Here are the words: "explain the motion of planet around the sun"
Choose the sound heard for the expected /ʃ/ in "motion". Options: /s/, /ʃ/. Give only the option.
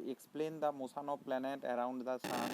/s/